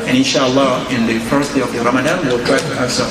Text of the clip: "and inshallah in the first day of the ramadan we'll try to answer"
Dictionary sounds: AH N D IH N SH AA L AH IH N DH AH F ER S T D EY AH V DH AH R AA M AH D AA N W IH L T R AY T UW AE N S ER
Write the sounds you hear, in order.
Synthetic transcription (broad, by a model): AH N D IH N SH AA L AH IH N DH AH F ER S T D EY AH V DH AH R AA M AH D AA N W IH L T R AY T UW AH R S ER